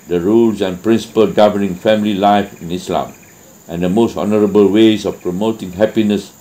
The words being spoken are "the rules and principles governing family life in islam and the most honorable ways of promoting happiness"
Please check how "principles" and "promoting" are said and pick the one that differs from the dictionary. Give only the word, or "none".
principles